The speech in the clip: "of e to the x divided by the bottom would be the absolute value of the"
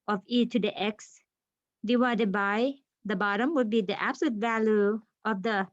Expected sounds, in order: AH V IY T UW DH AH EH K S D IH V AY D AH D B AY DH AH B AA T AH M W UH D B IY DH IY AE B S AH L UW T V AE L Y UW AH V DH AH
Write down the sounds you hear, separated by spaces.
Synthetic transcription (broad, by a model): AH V IY T UW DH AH EH K S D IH W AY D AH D B AY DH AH B AA T AH M W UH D B IY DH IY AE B S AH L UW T V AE L Y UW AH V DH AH